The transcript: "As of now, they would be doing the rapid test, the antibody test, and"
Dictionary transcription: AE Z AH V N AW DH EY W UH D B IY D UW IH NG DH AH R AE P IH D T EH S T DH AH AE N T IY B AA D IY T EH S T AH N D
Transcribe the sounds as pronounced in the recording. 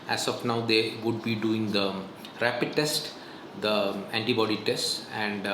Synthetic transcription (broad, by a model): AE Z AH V N AW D EY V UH D B IY D UW IH NG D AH R AE P IH D T EH S T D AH AE N T IY B AA D IY T EH S T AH N D